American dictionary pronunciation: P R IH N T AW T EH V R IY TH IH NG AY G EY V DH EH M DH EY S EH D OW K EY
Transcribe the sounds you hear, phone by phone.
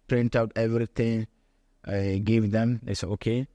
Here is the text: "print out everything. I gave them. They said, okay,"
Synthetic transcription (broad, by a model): P R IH N T AW T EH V R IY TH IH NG AY G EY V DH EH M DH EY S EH OW K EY